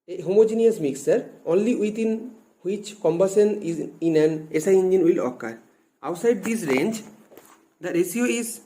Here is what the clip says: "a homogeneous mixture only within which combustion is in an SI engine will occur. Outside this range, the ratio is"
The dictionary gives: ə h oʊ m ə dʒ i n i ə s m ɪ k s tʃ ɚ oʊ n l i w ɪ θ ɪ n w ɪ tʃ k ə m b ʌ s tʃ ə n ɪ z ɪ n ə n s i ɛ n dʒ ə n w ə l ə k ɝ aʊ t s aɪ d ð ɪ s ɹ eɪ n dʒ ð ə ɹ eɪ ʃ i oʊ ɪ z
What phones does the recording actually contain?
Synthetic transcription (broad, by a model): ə h oʊ m ə dʒ i n i ə s m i k s ɚ oʊ n l i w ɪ t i n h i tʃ k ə m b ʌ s ə n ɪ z ɪ n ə n s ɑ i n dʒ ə n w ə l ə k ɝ aʊ t s aɪ d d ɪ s ɹ eɪ n dʒ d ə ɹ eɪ s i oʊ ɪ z